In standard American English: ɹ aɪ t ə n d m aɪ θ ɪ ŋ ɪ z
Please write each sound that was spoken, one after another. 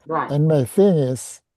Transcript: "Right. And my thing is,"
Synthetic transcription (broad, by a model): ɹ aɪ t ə n m aɪ θ ɪ ŋ ɪ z